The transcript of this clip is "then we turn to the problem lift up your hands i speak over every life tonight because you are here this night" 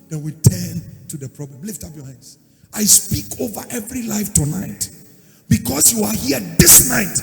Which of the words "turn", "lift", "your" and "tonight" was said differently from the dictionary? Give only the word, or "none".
none